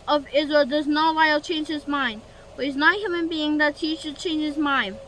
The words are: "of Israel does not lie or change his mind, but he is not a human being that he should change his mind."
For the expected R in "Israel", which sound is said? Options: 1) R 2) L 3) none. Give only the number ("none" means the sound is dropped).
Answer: 1